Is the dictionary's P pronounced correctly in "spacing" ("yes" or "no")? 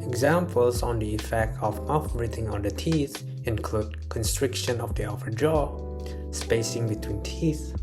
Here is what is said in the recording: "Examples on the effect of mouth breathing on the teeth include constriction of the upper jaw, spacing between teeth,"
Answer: yes